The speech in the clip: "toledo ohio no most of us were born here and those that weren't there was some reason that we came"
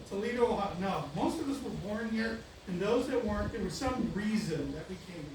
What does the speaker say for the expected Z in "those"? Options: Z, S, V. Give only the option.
Z